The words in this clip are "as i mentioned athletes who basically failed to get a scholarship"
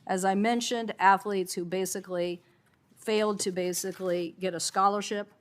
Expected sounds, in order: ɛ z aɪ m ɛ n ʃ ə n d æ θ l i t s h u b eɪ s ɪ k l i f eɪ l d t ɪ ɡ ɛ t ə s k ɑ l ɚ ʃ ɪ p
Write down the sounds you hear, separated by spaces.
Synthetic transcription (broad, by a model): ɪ z aɪ m ɛ n ʃ ə n d æ θ l i t s h u b eɪ s ɪ k l i f eɪ l d t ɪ ɡ ɛ t ə s k ɑ l ɚ ʃ ɪ p